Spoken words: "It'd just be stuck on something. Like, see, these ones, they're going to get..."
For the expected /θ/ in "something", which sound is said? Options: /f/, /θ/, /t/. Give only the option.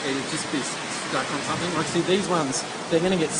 /θ/